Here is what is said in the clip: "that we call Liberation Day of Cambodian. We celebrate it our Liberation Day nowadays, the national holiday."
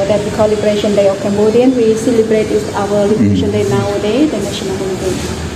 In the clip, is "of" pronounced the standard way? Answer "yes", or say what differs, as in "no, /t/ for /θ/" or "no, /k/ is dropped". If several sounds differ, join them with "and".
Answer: no, /f/ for /v/